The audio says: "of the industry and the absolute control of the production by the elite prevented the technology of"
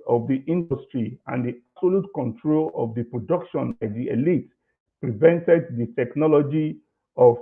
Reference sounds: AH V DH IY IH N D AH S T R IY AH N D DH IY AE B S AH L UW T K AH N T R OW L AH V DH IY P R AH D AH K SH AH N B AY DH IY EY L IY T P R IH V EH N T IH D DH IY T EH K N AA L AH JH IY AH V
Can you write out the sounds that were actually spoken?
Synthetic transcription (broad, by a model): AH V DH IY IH N D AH S T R IY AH N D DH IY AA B S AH L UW T K AH N T R OW L AH V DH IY P R AH D AH K SH AH N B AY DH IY EY L IY T P R IH V EH N T IH D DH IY T EH K N AA L AH JH IY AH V